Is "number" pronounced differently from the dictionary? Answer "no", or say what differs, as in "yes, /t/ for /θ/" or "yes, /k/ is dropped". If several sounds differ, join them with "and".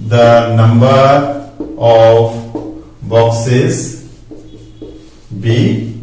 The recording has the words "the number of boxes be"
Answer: no